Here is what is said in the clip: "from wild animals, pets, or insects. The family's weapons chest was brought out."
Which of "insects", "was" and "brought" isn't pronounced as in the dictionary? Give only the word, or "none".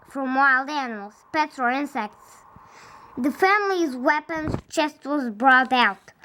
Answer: none